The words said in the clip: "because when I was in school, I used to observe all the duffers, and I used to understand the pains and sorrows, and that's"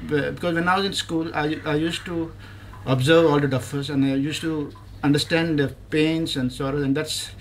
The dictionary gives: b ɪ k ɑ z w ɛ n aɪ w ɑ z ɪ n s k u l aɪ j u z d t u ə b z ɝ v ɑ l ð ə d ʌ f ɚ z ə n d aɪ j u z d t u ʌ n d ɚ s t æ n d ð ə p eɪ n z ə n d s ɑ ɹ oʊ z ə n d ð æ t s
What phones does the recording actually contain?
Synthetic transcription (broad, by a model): b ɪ k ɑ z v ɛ n aɪ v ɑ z ɪ n s k u l aɪ j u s t u ə b z ɝ v ɑ l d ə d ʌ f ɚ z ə n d aɪ j u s t u ʌ n d ɚ s t æ n d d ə p eɪ n s ə n d s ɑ ɹ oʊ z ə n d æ t s